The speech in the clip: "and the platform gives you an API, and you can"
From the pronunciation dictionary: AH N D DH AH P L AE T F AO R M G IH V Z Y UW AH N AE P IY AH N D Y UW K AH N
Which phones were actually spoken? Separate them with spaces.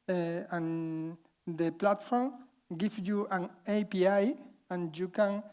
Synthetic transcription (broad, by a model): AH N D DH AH P L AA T F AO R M G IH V Y UW AH N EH P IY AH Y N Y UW K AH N